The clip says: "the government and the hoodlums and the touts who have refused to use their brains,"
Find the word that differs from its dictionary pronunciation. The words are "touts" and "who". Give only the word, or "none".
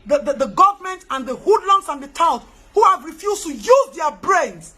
touts